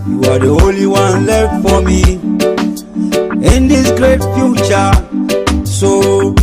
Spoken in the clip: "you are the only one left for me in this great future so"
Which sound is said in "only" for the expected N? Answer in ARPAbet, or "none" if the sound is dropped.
none